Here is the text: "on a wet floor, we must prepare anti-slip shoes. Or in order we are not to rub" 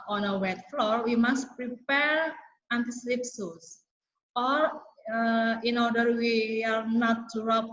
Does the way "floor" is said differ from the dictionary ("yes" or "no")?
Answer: no